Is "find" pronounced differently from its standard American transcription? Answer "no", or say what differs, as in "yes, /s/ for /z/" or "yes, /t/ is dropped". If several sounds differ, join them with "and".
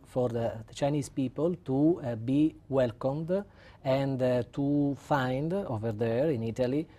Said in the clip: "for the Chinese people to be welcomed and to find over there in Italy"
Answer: no